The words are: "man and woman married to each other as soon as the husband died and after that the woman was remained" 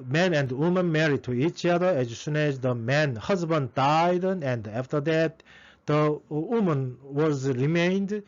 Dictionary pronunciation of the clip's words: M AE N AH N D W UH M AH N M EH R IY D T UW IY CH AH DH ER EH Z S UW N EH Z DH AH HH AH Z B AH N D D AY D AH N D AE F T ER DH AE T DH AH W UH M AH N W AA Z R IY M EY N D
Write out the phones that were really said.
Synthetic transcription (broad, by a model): M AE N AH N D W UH M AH N M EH R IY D T UW IY CH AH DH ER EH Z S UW N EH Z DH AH HH AH Z B AH N D D AY D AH N D AE F T ER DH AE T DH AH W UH M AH N W AA Z R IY M EY N D